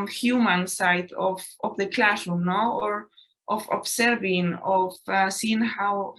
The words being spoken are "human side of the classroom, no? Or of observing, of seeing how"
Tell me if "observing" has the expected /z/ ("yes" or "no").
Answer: no